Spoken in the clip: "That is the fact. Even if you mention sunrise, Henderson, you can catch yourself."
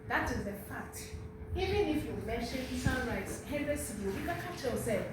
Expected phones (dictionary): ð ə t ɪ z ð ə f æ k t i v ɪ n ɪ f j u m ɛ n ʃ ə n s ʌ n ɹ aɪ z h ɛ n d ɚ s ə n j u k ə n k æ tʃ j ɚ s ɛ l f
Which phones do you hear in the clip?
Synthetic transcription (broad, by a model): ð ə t ɪ z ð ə f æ k t i v ɪ n ɪ f j u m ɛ n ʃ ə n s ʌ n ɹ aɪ s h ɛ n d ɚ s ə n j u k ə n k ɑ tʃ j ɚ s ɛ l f